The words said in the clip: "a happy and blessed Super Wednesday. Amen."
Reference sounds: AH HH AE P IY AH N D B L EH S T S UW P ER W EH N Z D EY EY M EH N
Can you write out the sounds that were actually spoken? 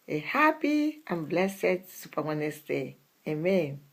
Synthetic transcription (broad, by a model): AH HH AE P IY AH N B L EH S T S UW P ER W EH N S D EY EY M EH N